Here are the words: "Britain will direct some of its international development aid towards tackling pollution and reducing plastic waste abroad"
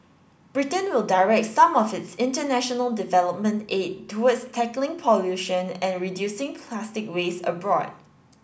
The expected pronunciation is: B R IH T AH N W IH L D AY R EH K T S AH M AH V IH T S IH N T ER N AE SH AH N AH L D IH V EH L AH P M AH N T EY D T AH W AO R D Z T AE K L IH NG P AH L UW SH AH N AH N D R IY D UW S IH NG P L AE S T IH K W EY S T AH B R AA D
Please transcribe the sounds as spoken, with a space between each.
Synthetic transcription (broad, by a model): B R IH T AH N W IH L D AY R EH K T S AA M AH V IH T S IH N T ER N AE SH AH N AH L D IH V EH L AH P M AH N T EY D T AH W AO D S T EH K L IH NG P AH L UW SH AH N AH N R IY D UW S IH NG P L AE S T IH K W EY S AH B R AA D